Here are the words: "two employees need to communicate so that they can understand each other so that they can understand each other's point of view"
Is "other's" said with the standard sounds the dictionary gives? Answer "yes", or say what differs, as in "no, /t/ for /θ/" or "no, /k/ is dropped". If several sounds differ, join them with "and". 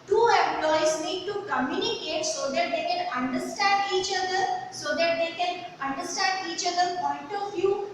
no, /z/ is dropped